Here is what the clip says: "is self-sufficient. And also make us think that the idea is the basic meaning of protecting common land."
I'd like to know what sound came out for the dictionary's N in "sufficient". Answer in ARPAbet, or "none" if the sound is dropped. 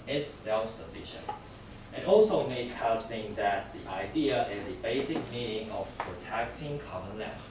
N